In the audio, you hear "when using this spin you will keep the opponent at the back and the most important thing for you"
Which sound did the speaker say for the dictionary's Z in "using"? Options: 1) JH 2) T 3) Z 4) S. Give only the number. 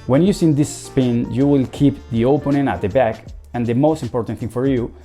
4